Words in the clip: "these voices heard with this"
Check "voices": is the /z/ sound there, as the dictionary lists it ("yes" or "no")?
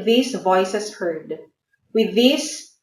no